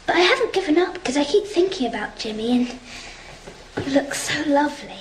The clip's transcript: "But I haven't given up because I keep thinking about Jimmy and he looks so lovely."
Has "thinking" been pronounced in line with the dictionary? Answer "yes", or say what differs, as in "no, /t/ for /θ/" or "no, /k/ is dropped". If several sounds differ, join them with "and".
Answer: yes